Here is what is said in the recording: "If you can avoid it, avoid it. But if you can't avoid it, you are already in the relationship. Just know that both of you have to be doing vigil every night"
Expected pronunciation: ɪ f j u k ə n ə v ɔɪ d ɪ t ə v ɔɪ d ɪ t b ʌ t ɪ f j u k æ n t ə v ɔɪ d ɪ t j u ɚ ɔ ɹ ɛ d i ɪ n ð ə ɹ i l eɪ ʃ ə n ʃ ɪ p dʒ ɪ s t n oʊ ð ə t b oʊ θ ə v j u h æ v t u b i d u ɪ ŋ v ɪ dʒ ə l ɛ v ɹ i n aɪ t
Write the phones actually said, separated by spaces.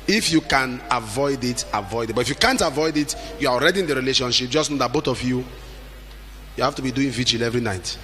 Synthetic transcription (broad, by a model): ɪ f j u k ə n ə v ɔɪ d ɪ t ə v ɔɪ d ɪ t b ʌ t ɪ f j u k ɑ n t ə v ɔɪ d ɪ t j u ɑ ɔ ɹ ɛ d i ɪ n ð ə ɹ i l eɪ ʃ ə n ʃ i p dʒ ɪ s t n oʊ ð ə t b oʊ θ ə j j u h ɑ f t u b i d u ɪ ŋ v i dʒ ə l ɛ v ɹ i n aɪ t